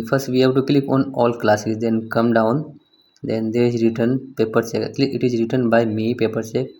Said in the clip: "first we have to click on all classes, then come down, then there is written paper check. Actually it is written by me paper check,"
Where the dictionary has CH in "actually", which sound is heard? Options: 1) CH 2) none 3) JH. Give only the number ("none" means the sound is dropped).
2